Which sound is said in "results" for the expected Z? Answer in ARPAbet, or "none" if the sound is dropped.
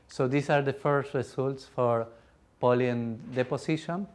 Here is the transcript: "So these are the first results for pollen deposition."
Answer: S